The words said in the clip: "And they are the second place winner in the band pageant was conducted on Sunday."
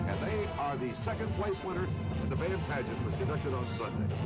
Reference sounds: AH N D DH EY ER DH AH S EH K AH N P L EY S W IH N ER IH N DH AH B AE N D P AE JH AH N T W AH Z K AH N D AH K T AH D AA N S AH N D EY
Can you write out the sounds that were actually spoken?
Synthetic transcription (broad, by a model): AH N DH EY ER DH AH S EH K AH N P L EY S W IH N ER IH N DH AH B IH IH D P AE JH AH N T W AH Z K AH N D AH K T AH D N S AH N D EY